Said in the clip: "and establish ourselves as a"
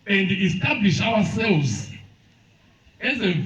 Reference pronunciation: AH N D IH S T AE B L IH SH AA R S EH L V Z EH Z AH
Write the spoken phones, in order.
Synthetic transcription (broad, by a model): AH N D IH S T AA B L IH SH AA W S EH L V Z EH Z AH